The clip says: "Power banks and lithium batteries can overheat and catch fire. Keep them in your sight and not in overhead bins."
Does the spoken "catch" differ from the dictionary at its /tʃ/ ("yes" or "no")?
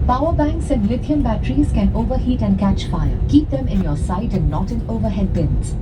no